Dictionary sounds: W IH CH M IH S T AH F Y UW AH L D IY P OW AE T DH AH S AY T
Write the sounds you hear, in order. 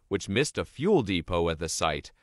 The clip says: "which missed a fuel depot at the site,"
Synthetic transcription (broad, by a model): W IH CH M IH S T AH F Y UW L D IY P OW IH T DH AH S AY T